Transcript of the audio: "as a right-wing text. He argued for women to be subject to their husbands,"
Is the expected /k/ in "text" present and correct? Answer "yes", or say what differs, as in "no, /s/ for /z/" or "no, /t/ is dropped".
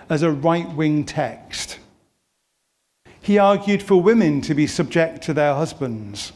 yes